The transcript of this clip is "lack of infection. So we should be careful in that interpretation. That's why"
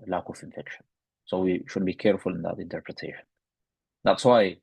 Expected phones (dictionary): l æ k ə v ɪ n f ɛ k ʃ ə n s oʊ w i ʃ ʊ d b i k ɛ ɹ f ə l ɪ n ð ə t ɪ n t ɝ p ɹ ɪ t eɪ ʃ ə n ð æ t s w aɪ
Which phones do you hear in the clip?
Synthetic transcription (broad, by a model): l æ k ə f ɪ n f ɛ k ʃ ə n s oʊ w i ʃ ʊ d b i k ɛ ɹ f ə l ɪ n ð ə t ɪ n t ɝ p ɹ ɪ t eɪ ʃ ə n ð æ t s w aɪ